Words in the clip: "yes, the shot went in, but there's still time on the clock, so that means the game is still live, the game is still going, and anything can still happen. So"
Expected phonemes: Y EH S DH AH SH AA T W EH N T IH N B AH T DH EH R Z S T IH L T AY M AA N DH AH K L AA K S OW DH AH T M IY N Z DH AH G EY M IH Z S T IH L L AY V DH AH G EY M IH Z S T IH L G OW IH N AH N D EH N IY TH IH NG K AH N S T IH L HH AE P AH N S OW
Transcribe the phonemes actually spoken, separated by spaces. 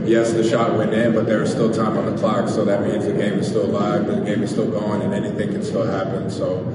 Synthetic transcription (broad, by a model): Y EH S DH AH SH AA T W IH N IH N B AH T DH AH R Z S T IH L T AY M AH N DH AH K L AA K S OW DH AH T M IY N Z DH AH G EY M IH Z S T IH L L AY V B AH G EY M IH Z S T IH L G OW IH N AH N EH N IY TH IH NG K AH N S T IH L HH AE P AH N S OW